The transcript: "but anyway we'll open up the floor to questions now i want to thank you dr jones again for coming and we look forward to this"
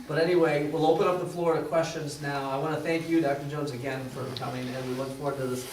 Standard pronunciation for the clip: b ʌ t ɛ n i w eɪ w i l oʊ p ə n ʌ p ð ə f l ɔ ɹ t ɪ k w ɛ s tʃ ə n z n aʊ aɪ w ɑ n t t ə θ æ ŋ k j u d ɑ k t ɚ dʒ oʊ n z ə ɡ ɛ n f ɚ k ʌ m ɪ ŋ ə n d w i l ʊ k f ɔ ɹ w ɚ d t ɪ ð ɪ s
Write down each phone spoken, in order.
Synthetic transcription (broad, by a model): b ʌ t ɛ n i w eɪ w i l oʊ p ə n ʌ p ð ə f l ɔ ɹ t ɪ k w ɛ s tʃ ə n z n aʊ aɪ w ɑ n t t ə θ æ ŋ k j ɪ d ɑ k t ɚ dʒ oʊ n z ə ɡ ɛ n f ɚ k ʌ m ɪ ŋ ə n w i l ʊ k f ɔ ɹ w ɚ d t ɪ ð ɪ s